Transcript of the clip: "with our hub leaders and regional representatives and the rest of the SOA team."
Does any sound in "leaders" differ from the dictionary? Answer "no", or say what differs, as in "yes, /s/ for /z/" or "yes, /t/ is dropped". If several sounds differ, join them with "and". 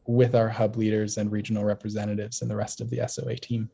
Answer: no